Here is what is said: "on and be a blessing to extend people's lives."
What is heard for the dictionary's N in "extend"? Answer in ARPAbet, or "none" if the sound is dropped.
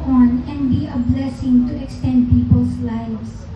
N